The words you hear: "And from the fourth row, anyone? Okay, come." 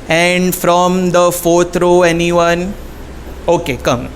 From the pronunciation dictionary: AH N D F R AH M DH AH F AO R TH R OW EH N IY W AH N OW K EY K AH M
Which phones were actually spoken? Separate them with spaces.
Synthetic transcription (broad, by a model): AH N D F R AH M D AH F AO R T R OW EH N IY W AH N OW K EY K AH M